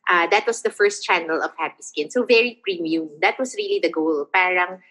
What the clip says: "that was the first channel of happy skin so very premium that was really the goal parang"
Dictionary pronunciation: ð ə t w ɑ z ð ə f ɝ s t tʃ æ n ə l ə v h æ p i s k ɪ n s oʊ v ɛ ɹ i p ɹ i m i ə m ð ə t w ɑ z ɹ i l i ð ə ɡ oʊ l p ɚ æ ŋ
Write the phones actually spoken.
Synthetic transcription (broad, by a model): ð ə t w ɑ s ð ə f ɝ s t tʃ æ n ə l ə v h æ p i s k ɪ n s oʊ v ɛ ɹ i p ɹ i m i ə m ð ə t w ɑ s ɹ i l i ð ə ɡ oʊ l p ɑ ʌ ŋ